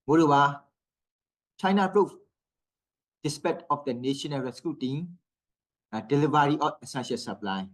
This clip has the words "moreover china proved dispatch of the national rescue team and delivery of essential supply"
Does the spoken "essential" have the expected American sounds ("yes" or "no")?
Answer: no